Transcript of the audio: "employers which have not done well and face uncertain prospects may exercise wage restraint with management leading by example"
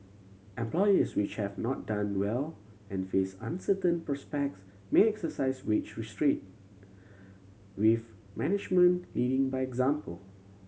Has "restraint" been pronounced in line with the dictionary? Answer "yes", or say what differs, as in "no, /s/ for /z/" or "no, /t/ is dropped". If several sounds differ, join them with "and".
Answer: no, /n/ is dropped